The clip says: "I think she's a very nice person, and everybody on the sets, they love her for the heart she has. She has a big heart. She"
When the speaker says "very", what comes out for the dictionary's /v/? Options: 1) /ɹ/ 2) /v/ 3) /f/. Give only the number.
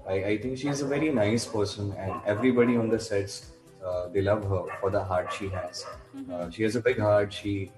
2